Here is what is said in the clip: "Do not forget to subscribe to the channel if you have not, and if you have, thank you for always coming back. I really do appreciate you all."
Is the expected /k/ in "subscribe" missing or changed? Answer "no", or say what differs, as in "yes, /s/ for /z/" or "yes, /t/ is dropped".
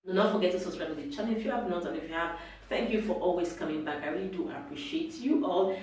yes, /k/ is dropped